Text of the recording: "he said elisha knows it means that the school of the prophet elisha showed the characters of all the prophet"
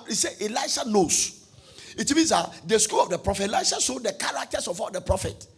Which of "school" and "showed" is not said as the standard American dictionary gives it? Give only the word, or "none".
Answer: showed